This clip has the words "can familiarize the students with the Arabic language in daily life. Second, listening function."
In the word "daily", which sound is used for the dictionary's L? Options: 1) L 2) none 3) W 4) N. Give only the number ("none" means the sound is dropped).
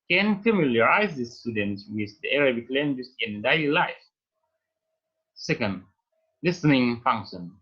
1